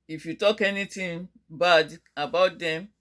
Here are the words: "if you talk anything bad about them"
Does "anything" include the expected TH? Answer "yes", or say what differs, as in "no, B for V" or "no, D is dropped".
no, T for TH